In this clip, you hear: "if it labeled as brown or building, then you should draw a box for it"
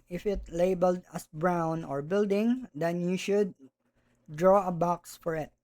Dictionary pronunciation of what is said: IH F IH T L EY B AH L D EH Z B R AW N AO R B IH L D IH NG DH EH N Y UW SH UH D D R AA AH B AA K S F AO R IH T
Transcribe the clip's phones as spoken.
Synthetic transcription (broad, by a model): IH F IH T L EY B AH L D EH S B R AW N AO R B IH L D IH NG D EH N Y UW SH UH D D R AA AH B AA K S F AO R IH T